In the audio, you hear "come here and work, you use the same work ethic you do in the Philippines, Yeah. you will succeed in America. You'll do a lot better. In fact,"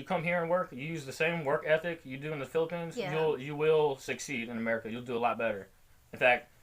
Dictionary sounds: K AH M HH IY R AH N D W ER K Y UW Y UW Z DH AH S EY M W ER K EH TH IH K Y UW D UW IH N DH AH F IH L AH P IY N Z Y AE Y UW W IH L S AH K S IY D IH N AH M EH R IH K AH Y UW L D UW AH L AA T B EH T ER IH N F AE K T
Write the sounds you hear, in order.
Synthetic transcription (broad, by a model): K AH M HH IY R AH N W ER K Y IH Y UW Z DH AH S EY M W ER K EH TH IH K Y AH D UW IH N DH AH F IH L AH P IY N Z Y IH Y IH W IH L S AH K S IY D IH N AH M EH R IH K AH Y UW L D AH AH L AA T B EH T ER IH N F AE K T